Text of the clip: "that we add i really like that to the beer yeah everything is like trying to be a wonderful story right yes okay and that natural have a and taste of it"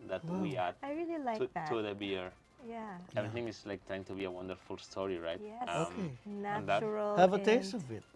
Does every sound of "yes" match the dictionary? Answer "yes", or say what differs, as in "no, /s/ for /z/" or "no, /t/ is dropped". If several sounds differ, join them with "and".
no, /s/ is dropped